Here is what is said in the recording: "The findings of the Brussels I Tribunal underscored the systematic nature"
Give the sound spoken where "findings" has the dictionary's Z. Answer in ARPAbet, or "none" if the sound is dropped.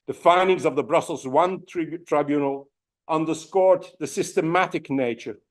Z